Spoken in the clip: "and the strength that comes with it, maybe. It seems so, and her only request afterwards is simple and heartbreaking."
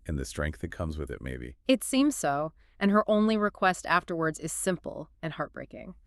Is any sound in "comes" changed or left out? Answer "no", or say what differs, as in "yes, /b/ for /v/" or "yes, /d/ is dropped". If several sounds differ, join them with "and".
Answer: no